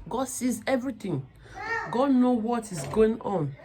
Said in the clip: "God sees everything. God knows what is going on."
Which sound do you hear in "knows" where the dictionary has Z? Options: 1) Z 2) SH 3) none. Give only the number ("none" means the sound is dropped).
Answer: 3